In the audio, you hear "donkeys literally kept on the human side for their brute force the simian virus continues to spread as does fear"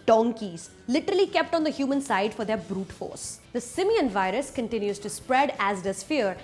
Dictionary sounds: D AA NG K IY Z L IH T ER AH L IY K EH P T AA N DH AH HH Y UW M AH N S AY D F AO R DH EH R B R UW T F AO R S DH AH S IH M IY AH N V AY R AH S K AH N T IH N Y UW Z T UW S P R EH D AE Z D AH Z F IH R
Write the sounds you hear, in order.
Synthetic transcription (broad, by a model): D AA NG K IY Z L IH T ER AH L IY K EH P T AA N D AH HH Y UW M AH N S AY D F AO R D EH R B R UW T F AO R S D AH S IH M IY AH N V AY R AH S K AH N T IH N Y UW Z T UW S P R EH D AE Z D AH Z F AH R